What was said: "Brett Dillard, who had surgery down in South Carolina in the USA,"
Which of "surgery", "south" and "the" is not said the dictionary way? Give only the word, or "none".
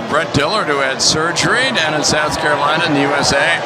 none